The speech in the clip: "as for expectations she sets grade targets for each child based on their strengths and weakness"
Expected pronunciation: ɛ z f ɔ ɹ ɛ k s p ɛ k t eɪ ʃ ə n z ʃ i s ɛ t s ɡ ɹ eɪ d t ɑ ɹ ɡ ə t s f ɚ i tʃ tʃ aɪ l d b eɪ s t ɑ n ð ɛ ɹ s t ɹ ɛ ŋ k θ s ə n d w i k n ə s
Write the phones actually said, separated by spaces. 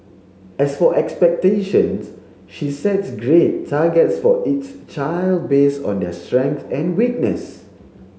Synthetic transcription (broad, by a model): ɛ s f ɔ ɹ ɛ k s p ɛ k t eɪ ʃ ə n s ʃ i s ɛ t s ɡ ɹ eɪ t ɑ ɡ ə t s f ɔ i s tʃ aɪ l d b eɪ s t ɑ n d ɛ s t ɹ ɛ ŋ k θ ə n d w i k n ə s